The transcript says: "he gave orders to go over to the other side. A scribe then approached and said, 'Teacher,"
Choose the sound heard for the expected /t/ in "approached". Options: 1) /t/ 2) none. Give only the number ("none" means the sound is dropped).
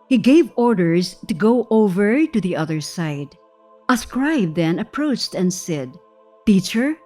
1